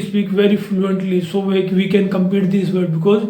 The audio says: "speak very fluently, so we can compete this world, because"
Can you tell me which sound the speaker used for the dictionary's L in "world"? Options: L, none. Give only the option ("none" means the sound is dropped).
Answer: none